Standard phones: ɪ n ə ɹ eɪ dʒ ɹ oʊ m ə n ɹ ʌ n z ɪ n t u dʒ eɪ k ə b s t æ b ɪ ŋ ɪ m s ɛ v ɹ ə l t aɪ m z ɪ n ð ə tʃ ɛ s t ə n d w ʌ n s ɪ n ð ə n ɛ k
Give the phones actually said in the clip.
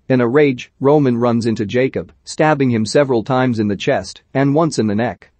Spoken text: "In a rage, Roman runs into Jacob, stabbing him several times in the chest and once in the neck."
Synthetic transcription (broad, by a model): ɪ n ə ɹ eɪ dʒ ɹ oʊ m ə n ɹ ʌ n z ɪ n t u dʒ eɪ k ə b s t æ b ɪ ŋ ɪ m s ɛ v ɹ ə l t aɪ m z ɪ n ð ə tʃ ɛ s t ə n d w ʌ n s ɪ n ð ə n ɛ k